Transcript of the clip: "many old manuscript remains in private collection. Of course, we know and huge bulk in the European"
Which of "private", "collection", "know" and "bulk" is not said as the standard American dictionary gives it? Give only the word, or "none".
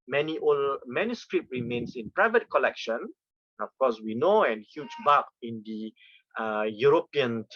bulk